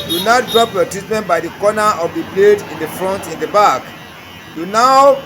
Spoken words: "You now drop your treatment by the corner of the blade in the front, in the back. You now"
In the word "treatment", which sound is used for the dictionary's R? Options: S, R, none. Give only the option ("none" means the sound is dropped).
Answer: none